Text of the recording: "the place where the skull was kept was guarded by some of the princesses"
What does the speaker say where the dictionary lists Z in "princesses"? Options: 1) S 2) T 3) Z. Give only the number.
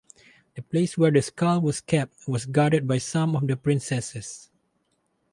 1